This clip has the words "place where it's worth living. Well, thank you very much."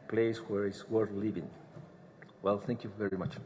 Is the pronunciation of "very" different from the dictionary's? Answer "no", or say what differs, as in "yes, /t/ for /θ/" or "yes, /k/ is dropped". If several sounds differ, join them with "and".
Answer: no